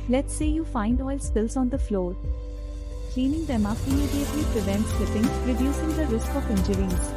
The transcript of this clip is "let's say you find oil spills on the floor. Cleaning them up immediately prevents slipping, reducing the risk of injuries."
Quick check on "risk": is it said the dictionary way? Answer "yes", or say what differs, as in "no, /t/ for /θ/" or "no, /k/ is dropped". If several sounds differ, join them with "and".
yes